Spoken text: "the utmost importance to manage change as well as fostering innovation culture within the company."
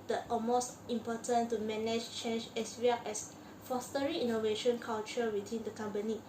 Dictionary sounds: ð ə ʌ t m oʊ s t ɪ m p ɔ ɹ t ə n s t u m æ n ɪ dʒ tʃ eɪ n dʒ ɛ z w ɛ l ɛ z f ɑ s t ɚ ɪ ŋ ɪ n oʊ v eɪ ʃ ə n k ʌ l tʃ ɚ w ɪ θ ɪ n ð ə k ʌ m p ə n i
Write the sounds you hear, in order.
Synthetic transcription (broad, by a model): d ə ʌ t m oʊ s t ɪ m p ɔ t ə n t u m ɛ n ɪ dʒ tʃ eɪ n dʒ ɛ s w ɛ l ɛ s f ɑ s t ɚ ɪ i n oʊ v eɪ ʃ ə n k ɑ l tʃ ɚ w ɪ t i n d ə k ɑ m p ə n i